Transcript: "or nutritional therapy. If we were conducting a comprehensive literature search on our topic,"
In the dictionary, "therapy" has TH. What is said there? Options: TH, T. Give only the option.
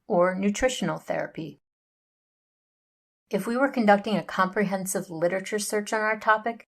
TH